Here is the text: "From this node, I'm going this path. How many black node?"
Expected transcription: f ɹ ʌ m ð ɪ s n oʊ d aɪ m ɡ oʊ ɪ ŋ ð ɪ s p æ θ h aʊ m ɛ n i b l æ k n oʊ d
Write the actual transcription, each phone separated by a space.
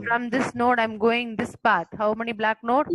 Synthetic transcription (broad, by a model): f ɹ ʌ m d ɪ s n oʊ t aɪ m ɡ oʊ ɪ ŋ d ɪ s p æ t h aʊ m ɛ n i b l æ k n oʊ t